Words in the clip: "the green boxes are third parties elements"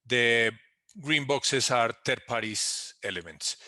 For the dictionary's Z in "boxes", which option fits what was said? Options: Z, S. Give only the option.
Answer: S